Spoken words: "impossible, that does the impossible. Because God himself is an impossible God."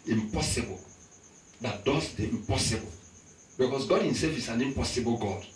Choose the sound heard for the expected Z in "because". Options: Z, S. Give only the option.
S